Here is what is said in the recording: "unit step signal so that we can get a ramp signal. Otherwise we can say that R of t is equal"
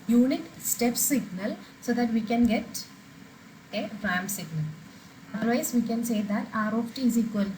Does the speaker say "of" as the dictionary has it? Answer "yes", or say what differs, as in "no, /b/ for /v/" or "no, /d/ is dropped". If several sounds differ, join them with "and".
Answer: no, /p/ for /v/